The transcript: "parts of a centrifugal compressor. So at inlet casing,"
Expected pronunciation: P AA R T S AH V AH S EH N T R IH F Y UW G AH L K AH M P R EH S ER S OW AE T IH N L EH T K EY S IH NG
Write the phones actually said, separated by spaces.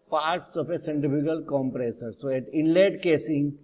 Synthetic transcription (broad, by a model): P AA R T S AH P AH S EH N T IH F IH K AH L K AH M P R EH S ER S OW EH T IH N L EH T K EY S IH NG